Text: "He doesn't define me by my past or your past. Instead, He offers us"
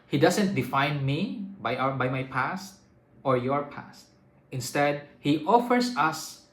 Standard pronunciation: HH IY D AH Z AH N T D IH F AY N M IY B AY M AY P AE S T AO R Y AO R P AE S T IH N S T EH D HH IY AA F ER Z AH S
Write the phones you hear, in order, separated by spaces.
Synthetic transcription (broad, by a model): HH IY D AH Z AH N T D IH F AY N M IY B AY M AY P AE S T AO R Y AO R P AE S T IH N S T EH D HH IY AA F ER S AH S